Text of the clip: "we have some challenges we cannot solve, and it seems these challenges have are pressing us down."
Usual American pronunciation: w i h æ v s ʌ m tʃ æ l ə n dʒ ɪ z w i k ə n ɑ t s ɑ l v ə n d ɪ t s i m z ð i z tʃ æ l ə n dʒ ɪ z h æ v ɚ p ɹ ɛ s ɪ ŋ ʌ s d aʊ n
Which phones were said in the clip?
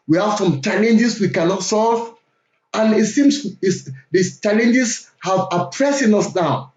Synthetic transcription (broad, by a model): w i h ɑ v s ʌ m tʃ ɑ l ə n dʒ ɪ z w i k ə n ɑ t s ɑ l v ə n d ɪ t s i m s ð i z tʃ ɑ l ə n dʒ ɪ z h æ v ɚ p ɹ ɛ s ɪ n ʌ s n aʊ